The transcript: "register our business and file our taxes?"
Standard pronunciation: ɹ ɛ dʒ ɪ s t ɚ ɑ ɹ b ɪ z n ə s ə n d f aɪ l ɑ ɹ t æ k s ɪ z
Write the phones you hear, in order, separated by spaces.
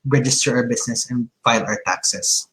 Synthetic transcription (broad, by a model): ɹ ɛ dʒ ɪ s t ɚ ɑ ɹ b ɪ s n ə s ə n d f aɪ l ɑ ɹ t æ k s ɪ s